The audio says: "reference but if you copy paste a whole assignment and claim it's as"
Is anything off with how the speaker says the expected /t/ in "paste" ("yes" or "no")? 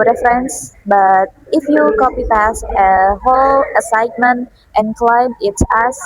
yes